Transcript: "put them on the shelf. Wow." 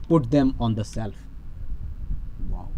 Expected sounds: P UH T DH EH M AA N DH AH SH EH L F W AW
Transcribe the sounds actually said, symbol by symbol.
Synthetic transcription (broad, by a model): P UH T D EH M AA N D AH S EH L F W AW